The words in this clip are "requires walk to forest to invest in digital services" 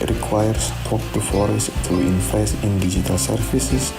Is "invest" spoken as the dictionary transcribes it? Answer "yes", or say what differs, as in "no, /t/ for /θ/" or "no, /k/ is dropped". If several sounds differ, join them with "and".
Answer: no, /f/ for /v/ and /t/ is dropped